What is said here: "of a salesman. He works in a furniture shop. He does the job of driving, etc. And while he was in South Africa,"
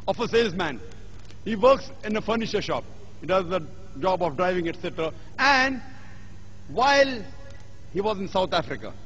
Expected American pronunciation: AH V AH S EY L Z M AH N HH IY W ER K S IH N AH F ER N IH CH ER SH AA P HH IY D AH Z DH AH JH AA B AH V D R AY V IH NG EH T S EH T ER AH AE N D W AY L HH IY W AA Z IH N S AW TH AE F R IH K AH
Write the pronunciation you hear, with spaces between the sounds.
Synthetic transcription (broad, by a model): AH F AH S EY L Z M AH N HH IY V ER K S IH N AH F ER N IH SH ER SH AA P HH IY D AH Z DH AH JH AA B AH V D R AY V IH NG EH T S EH T ER AH AE N D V AY L HH IY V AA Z IH N S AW T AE F R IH K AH